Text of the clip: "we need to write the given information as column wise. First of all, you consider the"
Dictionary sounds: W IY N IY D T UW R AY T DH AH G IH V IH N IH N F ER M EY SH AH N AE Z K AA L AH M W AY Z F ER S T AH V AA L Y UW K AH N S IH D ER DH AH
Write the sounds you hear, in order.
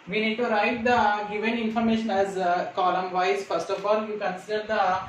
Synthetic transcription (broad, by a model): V IY N IY D T UW R AY T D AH G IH V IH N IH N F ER M EY SH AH N AE Z K AA L AH M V AY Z F ER S T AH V AA L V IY K AH N S IH D ER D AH